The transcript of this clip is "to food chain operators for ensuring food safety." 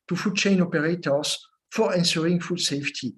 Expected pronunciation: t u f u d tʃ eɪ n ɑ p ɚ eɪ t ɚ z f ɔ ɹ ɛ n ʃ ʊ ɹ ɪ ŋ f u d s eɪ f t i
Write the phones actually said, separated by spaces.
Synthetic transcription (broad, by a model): t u f u d tʃ eɪ n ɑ p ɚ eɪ t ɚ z f ɔ ɹ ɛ n s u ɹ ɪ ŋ f u d s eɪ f t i